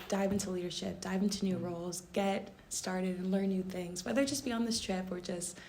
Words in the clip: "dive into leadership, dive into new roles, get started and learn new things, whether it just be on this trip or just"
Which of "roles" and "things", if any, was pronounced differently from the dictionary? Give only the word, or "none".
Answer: none